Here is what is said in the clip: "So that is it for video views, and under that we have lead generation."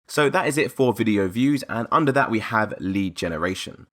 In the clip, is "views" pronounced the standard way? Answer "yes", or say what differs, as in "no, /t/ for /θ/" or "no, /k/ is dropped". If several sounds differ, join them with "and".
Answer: yes